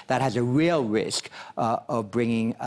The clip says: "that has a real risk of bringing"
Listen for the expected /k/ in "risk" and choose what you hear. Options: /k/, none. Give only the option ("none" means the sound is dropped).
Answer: /k/